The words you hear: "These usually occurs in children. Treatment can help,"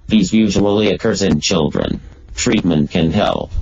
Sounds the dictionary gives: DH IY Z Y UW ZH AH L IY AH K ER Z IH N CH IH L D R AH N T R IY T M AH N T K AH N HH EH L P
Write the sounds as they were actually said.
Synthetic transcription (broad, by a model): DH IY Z Y UW ZH AH L IY AH K ER Z IH N CH IH L D R AH N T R IY T M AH N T K AH N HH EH L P